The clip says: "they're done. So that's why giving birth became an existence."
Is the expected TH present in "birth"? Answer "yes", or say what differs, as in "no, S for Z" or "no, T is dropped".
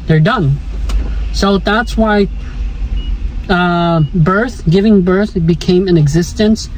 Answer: yes